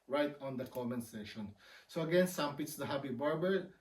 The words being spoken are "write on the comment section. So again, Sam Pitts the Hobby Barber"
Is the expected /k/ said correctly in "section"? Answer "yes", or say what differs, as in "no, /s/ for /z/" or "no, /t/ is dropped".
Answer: no, /k/ is dropped